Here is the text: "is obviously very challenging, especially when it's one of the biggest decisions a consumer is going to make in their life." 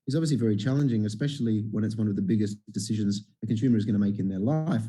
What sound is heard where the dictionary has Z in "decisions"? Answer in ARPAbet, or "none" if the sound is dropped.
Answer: Z